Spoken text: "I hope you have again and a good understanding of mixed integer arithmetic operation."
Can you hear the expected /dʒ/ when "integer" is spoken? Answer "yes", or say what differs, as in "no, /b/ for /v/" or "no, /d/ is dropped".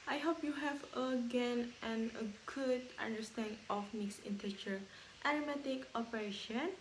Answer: no, /tʃ/ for /dʒ/